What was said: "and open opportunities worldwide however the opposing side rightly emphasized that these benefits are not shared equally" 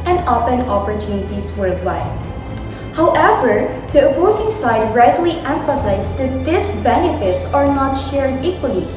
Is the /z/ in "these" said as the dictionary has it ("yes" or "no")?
no